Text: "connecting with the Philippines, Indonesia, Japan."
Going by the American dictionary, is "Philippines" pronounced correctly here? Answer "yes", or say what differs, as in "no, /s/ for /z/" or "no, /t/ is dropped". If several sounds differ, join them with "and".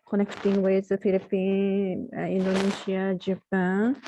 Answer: no, /z/ is dropped